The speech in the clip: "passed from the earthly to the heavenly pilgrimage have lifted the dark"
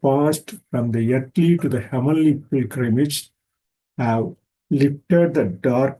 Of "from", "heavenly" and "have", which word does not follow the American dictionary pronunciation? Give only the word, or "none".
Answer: heavenly